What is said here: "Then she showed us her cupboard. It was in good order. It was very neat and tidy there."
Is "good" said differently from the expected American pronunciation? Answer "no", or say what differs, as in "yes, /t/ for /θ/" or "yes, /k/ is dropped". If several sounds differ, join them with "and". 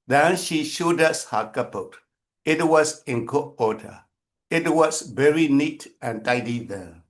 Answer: yes, /d/ is dropped